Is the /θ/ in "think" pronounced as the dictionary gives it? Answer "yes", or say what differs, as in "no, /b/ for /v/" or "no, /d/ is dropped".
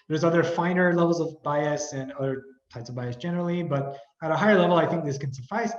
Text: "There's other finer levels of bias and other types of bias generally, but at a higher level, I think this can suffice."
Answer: yes